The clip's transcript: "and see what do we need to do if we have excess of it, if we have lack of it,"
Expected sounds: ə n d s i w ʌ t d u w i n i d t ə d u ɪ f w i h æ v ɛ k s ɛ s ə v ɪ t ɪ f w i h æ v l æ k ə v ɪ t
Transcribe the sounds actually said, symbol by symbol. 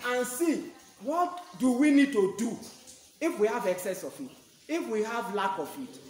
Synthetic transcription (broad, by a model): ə n s i w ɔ t d u w i n i d t ə d u ɪ f w i h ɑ v ɛ k s ɛ s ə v ɪ t ɪ f w i h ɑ v l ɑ k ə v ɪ t